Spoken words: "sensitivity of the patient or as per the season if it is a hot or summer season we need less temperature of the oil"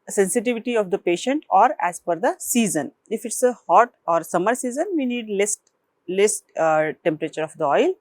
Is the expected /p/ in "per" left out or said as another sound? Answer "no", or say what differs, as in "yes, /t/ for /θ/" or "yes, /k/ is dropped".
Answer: yes, /f/ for /p/